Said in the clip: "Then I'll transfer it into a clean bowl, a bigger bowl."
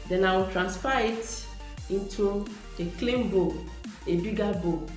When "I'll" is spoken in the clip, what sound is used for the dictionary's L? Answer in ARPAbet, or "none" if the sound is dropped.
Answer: W